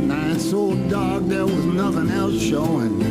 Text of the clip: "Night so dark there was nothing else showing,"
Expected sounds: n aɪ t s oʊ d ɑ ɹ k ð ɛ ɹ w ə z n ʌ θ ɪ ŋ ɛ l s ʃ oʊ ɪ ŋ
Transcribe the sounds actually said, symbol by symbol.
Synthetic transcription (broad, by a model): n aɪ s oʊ d ɑ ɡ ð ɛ ɹ w ə z n ʌ θ ɪ ŋ ɛ l s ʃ oʊ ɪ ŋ